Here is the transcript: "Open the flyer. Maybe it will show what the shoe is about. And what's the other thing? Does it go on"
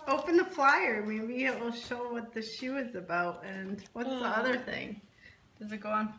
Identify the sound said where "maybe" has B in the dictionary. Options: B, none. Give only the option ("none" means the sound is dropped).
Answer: none